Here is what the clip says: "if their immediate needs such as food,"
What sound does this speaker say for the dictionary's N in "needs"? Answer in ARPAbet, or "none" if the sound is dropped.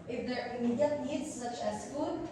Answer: L